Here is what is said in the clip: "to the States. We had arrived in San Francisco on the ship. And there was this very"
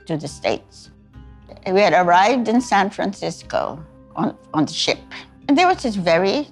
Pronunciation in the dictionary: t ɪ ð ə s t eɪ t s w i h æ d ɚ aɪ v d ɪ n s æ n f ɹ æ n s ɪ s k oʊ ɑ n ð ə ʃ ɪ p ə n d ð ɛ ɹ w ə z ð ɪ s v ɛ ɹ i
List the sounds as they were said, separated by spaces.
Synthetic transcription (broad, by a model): t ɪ ð ə s t eɪ t s w i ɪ d ɚ aɪ v d ɪ n s æ n f ɹ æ n s ɪ s k oʊ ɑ n ð ə ʃ ɪ p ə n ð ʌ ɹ w ə z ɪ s v ɛ ɹ i